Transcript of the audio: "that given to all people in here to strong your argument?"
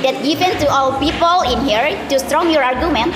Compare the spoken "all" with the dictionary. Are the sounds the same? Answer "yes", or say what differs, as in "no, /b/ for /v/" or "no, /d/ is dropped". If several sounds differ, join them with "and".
no, /w/ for /l/